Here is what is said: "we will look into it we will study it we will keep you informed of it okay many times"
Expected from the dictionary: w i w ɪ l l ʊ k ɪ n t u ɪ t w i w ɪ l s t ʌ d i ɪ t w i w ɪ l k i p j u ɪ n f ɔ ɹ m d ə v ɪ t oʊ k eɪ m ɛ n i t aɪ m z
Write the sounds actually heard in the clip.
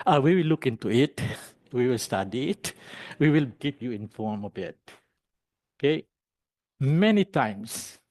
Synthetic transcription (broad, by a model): w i w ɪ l l ʊ k ɪ n t u ɪ t w i w ɪ l s t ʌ d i ɪ t w i w ɪ l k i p j u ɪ n f ɔ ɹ m ə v ɪ t oʊ k eɪ m ɛ n i t aɪ m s